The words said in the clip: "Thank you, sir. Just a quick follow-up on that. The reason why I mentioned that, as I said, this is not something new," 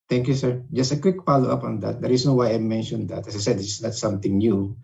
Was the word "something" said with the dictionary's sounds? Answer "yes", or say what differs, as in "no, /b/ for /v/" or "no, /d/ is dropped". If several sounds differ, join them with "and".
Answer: no, /t/ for /θ/